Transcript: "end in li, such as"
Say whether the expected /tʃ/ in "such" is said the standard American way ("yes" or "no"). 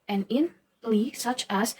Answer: yes